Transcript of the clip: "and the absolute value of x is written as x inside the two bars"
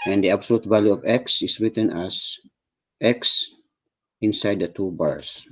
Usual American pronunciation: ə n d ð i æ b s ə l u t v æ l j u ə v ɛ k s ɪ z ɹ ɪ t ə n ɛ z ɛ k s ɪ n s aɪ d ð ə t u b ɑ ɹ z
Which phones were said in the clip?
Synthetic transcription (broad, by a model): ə n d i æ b s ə l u t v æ l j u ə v ɛ k s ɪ s ɹ ɪ t ə n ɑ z ɛ k s ɪ n s aɪ d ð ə t u b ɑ ɹ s